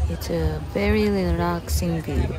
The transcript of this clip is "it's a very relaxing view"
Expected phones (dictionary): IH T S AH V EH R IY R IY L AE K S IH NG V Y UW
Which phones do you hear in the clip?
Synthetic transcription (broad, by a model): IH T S AH V EH R IY L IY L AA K S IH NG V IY